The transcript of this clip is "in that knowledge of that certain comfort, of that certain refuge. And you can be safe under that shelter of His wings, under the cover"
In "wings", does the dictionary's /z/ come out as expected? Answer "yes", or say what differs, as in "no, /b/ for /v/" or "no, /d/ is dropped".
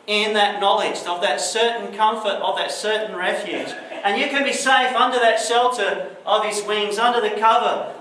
yes